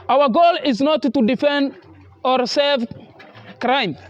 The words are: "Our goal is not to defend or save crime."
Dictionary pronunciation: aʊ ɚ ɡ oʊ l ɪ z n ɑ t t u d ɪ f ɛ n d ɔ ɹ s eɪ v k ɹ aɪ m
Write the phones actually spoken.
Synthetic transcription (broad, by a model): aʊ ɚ ɡ oʊ l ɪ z n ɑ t t u d ɪ f ɛ n d ɔ ɹ s eɪ v k ɹ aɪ m